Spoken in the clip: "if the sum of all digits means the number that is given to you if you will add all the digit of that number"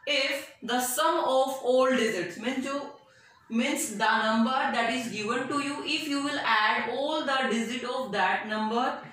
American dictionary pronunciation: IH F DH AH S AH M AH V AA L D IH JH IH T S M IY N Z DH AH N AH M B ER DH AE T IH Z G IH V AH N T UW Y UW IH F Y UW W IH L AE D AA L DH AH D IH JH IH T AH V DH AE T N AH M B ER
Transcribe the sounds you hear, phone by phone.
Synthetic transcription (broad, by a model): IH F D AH S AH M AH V AA L D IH Z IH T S M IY N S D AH N AH M B ER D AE T IH Z G IH V AH N T UW Y UW IH F Y UW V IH L AE D AA L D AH D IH Z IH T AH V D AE T N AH M B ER